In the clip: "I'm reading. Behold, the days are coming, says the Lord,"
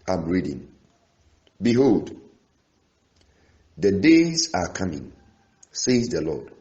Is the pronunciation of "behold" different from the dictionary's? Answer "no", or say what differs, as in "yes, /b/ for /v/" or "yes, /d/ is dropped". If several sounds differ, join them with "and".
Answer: no